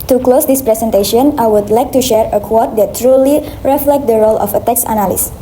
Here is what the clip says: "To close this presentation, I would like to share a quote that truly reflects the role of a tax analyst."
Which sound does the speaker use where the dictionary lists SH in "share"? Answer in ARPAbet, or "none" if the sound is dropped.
SH